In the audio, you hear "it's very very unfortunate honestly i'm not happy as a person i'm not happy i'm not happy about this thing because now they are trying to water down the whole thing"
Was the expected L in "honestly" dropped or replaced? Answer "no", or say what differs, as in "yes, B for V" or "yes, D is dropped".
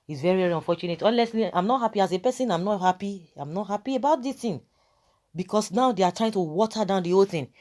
yes, L is dropped